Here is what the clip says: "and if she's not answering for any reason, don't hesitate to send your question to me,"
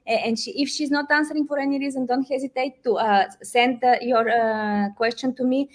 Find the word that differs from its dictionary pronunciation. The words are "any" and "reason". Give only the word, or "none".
none